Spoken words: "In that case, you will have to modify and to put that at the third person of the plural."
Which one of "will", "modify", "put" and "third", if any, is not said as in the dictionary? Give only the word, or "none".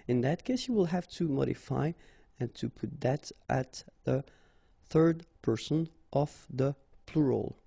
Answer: none